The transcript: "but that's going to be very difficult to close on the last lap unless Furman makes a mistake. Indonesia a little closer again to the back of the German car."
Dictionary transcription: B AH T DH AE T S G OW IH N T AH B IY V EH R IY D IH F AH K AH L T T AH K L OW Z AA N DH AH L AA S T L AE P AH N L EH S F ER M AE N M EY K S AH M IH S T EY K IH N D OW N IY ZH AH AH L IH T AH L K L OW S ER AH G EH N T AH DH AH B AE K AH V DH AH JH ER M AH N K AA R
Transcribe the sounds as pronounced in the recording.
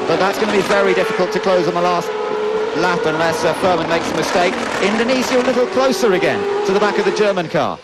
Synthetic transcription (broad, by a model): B AH T DH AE T S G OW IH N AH B IY V EH R IY D IH F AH K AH L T T AH K L OW Z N DH AH L AA S T L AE F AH N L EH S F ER M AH N M EY K S AH M IH S T EY K IH N D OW N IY S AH AH L IH T L K L OW S ER AH G EH N T AH DH AH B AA K AH V DH AH JH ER M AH N K AA